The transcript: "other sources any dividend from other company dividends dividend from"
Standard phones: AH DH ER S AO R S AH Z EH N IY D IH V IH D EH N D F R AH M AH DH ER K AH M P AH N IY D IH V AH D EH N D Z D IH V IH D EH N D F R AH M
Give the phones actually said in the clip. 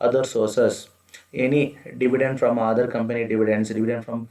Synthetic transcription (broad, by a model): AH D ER S AO R S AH S EH N IY D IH V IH D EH N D F R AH M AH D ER K AH M P AH N IY D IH V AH D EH N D S D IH V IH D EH N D F R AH M